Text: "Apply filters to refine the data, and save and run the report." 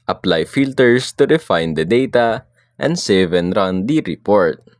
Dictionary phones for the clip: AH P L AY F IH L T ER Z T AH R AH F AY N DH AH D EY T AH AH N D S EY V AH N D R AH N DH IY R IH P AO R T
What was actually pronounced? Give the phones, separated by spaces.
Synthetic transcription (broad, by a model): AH P L AY F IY L T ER S T AH R AH F AY N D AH D EY T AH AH N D S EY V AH N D R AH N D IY R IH P AO R T